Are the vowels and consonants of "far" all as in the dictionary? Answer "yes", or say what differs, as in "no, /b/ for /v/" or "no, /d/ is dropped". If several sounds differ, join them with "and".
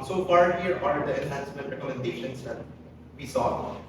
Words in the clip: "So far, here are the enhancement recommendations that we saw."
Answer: no, /p/ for /f/